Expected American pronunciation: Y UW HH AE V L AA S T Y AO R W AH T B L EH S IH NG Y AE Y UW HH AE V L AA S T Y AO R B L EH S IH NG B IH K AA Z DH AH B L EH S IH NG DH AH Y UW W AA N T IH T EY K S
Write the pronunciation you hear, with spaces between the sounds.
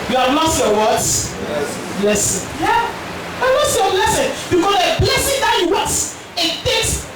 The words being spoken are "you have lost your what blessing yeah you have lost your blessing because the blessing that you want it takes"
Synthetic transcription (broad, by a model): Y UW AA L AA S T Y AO W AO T B L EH S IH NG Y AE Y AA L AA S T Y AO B L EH S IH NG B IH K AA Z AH B L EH S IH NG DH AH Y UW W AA T IH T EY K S